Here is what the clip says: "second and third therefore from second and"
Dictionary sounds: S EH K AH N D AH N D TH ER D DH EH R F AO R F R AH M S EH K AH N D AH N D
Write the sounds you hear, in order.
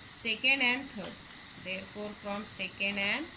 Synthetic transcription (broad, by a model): S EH K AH N D AH N D T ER D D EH R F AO R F R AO M S EH K AH N D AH N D